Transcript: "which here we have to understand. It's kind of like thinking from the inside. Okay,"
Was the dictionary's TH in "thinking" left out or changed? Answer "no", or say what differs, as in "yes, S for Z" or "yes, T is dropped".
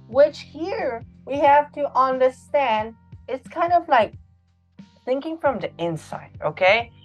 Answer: no